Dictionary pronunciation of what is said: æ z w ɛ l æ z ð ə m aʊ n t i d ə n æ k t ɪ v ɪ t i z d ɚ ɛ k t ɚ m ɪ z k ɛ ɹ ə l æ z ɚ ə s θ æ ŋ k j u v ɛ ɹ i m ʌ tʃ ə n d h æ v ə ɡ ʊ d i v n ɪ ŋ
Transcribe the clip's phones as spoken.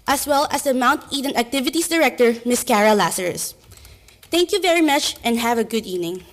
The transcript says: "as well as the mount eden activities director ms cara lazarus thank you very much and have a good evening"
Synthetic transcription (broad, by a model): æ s w ɛ l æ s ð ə m aʊ n t i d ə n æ k t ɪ v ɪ t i s d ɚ ɛ k t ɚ m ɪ s k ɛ ɹ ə l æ s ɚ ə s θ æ ŋ k j u v ɛ ɹ i m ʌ tʃ ə n d h æ v ə ɡ ʊ d i v n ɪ ŋ